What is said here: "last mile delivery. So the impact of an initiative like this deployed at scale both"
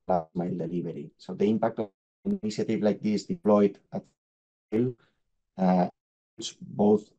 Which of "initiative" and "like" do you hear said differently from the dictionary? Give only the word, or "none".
initiative